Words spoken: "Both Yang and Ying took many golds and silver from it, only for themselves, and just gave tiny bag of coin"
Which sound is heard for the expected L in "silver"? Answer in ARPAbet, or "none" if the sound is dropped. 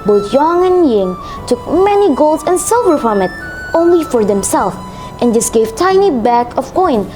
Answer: L